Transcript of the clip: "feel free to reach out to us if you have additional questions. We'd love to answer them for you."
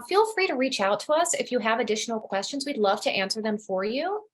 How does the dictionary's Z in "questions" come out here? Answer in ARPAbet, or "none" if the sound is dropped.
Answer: Z